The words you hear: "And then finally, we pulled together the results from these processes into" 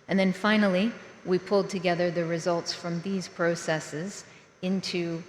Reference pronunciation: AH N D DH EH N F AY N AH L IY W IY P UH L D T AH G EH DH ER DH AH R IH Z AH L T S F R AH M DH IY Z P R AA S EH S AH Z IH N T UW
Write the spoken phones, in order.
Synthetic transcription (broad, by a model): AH N DH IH N F AY N L IY W IY P UH L D T AH G EH DH ER DH AH R IH Z AH L T S F R AH M DH IY Z P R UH S EH S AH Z IH N T UW